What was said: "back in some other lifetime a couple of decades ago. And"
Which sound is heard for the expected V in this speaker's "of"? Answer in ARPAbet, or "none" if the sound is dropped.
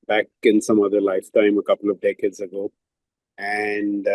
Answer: V